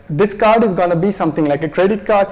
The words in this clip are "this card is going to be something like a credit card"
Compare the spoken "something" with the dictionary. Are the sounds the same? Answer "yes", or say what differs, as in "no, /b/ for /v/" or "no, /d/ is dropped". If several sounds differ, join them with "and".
no, /t/ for /θ/